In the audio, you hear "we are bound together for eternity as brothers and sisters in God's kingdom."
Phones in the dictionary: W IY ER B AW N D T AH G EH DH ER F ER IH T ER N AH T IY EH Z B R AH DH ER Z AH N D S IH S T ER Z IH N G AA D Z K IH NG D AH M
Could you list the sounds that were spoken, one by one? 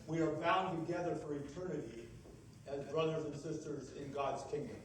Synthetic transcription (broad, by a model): W IY ER B AW N T AH G EH DH ER F ER IH T ER N AH T IY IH Z B R AH DH ER Z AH N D S IH S T ER Z IH N G AA D Z K IH NG D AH M